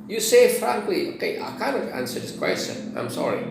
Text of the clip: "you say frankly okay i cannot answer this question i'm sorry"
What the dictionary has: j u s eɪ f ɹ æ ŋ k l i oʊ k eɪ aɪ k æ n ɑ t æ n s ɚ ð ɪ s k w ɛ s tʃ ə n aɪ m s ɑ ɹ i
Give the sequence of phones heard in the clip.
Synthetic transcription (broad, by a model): j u s eɪ f ɹ æ ŋ k l i oʊ k eɪ aɪ k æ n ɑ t æ n s ɚ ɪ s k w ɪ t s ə aɪ m s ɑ ɹ i